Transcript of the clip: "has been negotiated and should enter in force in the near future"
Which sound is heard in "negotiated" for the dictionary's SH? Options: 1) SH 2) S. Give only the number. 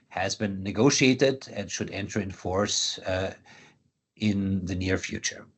1